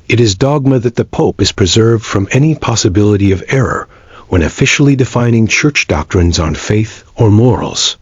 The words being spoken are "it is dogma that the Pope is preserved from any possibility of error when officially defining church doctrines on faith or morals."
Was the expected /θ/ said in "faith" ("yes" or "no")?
yes